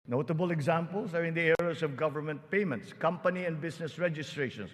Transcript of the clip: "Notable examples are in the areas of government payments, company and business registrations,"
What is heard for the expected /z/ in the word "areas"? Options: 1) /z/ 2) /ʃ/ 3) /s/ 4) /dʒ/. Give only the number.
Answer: 3